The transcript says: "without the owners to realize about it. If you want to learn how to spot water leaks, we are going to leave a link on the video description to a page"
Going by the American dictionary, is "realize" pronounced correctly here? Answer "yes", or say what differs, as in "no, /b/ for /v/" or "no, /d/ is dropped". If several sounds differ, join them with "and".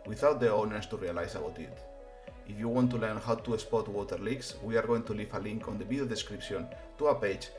no, /s/ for /z/